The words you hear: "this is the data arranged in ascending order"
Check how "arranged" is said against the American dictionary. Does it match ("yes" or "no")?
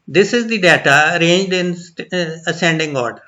yes